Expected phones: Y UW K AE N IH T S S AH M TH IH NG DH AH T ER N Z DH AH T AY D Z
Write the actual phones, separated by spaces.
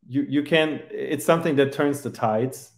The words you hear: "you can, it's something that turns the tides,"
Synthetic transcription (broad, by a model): Y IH K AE N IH T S S AH M TH IH NG DH AH T ER N Z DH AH T AY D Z